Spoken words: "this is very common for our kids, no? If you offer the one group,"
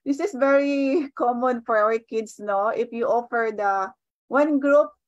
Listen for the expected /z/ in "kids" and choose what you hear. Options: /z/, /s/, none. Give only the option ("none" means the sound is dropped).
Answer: /s/